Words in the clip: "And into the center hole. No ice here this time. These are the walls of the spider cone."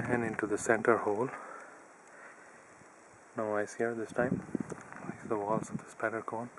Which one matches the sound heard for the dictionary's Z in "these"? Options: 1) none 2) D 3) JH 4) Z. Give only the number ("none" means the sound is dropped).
1